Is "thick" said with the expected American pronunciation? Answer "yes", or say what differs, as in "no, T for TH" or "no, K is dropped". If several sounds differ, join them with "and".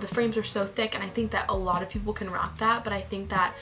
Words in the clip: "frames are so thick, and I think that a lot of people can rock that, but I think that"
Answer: yes